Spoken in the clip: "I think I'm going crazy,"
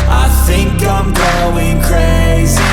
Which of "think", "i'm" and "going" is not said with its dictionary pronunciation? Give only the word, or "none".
none